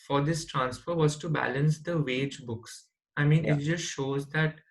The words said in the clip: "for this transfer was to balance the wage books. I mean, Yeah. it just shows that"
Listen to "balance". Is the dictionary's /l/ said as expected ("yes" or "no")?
yes